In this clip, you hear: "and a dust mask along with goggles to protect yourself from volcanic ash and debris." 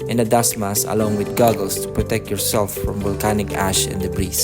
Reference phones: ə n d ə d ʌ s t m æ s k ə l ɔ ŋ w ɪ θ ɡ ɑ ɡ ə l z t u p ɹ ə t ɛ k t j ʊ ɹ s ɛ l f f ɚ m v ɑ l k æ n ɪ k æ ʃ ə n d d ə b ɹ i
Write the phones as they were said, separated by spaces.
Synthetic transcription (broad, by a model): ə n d ə d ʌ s m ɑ s ə l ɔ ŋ w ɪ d ɡ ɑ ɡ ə l s t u p ɹ ə t ɛ k t j ʊ ɹ s ɛ l f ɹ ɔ m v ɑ l k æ n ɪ k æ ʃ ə n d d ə b ɹ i